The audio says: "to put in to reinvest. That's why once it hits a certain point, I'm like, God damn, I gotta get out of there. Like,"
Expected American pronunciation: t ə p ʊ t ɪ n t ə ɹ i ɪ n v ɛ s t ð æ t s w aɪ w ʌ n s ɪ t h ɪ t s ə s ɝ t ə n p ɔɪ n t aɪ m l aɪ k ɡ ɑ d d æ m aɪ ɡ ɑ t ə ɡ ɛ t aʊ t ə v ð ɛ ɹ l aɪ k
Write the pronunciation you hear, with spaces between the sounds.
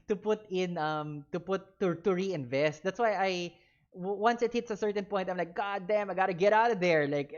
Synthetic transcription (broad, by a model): t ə p ʊ t ɪ n t ə ɹ i ɪ n v ɛ s t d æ t s w aɪ w ʌ n s ɪ t h ɪ t s ə s ɝ t ə n p ɔɪ t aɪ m l aɪ k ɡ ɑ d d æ m aɪ ɡ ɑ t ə ɡ ɛ t aʊ t ə v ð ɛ ɹ l aɪ k